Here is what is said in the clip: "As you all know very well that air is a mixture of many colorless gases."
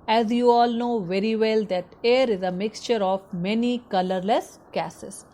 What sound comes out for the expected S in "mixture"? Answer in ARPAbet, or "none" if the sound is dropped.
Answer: S